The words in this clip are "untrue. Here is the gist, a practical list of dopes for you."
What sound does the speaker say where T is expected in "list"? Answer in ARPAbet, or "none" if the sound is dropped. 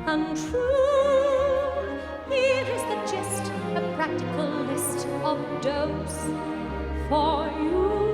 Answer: T